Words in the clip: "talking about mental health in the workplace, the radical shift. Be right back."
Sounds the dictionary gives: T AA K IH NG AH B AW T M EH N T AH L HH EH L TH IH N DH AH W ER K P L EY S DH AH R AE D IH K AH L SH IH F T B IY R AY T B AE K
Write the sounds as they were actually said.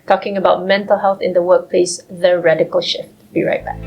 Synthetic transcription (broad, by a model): T AA K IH NG AH B AW T M EH N T AH L HH EH L TH IH N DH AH W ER K P L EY S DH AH R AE D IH K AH L SH IH F T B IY R AY T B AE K